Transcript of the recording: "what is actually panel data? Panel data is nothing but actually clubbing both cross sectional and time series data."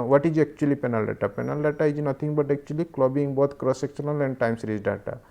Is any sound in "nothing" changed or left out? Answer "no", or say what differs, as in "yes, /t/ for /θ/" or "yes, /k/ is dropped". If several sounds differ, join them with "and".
yes, /t/ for /θ/